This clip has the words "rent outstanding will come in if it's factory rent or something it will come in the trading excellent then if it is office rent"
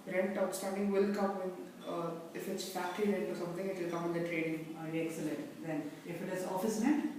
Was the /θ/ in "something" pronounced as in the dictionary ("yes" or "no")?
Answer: no